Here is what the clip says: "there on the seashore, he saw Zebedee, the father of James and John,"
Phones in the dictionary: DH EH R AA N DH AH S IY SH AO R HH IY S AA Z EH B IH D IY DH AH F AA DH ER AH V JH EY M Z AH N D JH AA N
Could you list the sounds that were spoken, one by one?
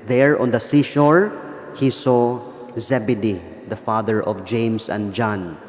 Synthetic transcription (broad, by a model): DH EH R AA N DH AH S IY SH AO R HH IY S AA Z EH B IH D IY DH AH F AA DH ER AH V JH EY M S AH N D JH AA N